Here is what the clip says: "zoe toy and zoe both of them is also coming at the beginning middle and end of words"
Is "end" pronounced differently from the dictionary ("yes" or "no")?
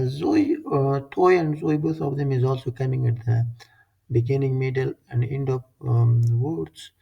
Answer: no